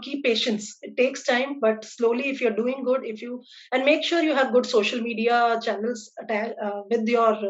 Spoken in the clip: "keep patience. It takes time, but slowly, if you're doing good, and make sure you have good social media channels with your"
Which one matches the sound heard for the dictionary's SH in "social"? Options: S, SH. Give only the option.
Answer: SH